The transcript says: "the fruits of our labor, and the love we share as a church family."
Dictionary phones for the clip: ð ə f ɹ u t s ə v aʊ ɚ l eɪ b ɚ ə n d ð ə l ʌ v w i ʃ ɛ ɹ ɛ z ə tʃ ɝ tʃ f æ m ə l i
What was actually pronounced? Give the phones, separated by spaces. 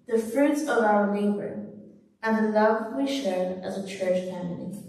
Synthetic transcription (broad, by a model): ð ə f ɹ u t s ə v aʊ ɚ n eɪ b ɚ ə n ð ə l ʌ v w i ʃ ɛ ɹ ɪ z ə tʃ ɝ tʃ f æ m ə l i